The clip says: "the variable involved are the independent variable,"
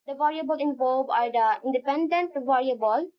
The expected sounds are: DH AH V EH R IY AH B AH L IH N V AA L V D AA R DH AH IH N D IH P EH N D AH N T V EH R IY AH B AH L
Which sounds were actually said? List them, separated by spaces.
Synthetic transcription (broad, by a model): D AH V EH R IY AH B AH L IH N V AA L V AA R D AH IH N D IH P EH N D AH N T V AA R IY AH B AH L